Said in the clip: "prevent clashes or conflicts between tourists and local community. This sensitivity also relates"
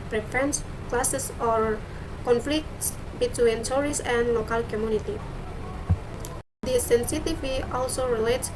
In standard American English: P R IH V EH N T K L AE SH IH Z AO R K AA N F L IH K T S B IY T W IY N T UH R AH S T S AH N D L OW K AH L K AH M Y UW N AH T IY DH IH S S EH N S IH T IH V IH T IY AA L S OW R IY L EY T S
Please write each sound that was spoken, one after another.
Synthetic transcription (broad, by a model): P R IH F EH N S K L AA S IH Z AO R K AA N F L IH K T S B IY T W IY N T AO R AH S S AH N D L OW K AH L K AH M Y UW N AH T IY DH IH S S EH N S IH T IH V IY AA L S OW R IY L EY T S